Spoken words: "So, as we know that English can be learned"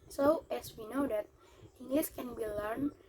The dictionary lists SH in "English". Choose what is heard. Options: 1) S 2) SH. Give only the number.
1